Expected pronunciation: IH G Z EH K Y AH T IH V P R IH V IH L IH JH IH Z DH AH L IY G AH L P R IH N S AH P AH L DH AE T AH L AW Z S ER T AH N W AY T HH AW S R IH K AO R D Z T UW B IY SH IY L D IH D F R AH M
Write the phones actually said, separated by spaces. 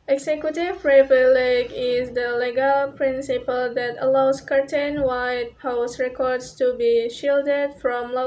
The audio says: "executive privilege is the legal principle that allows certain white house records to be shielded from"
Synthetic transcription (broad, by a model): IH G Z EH K Y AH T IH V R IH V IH L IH IH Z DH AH L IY G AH L P R IH N S AH P AH L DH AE T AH L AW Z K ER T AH N W AY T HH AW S R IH K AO R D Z T UW B IY SH IY L D IH D F R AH M